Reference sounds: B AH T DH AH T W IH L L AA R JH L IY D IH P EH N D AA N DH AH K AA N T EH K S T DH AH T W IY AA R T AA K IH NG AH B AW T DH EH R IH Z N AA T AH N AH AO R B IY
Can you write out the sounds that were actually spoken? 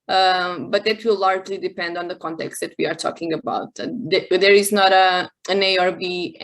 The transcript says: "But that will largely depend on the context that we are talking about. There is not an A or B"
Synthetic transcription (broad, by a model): B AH T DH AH T W IH L L AA R JH L IY D IH P EH N D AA N DH AH K AA N T EH K S T DH AH T W IY AA R T AA K IH NG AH B AW T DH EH R IH Z N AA T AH N AH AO R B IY